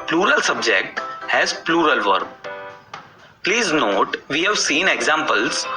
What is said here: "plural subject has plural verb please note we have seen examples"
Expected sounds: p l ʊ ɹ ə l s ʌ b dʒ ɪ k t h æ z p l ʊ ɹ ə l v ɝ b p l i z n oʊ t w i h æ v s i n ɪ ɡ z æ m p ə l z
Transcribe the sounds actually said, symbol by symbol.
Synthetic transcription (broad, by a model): p l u ɹ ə l s ʌ b dʒ ɪ k t h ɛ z p l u ɹ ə l v ɝ b p l i z n oʊ t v i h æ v s i n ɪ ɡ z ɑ m p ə l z